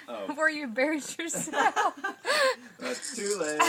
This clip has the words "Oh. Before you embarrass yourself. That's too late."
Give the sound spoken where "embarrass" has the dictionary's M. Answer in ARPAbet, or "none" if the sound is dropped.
none